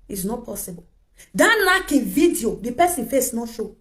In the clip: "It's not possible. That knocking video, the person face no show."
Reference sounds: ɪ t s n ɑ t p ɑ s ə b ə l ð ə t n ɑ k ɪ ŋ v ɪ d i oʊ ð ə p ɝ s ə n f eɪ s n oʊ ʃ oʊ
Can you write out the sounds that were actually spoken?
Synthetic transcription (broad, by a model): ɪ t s n ɑ t p ɑ s ə b ə l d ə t l ɑ k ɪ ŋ v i d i oʊ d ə p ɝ s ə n f eɪ s n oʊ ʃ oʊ